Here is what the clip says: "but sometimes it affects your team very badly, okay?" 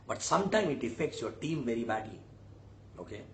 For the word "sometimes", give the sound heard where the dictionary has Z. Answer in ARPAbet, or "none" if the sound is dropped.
none